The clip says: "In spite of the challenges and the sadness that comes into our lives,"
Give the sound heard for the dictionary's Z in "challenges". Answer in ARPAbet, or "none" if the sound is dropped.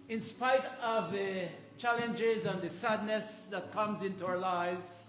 Z